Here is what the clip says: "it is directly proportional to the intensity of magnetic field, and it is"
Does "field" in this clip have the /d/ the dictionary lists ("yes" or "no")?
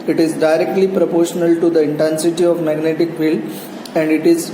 no